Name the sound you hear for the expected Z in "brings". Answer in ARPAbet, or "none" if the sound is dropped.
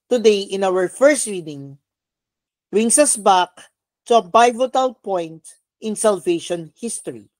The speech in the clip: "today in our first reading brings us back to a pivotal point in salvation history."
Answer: S